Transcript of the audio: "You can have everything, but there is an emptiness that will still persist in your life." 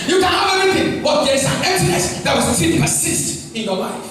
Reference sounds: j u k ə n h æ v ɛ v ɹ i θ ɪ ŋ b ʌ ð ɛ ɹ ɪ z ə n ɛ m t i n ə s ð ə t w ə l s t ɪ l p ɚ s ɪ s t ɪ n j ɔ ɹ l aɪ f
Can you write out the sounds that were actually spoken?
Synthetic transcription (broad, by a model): j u k ə n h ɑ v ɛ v i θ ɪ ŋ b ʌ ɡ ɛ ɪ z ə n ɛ t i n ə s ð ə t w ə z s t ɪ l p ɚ s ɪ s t ɪ n j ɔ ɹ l aɪ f